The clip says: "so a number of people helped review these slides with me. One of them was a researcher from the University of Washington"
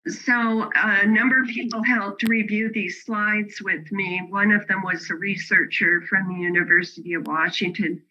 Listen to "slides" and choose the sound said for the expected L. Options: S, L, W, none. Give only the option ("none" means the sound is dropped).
L